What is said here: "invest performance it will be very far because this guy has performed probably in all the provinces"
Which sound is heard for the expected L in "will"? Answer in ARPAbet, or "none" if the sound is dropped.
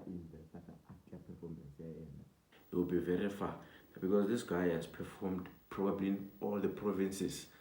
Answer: N